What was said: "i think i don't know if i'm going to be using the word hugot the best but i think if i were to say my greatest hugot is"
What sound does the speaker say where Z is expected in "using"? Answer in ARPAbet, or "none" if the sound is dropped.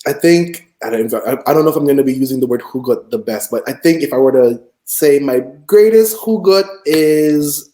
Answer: Z